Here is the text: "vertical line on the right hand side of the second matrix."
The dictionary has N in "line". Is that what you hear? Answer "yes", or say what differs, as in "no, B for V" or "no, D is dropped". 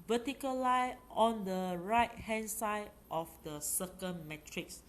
no, N is dropped